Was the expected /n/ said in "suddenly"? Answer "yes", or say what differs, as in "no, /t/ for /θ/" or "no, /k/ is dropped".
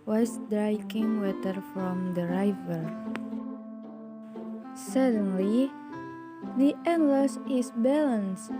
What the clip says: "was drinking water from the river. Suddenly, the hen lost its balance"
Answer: yes